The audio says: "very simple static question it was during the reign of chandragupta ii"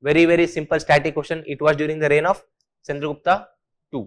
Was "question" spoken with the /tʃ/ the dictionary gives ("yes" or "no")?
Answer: no